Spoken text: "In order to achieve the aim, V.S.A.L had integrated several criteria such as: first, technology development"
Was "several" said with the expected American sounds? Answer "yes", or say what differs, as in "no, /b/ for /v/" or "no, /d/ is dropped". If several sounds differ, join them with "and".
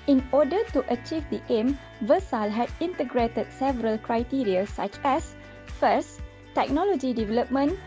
yes